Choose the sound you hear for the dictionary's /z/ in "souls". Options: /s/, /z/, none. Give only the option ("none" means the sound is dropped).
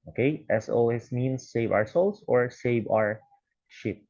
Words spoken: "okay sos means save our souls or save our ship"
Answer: /s/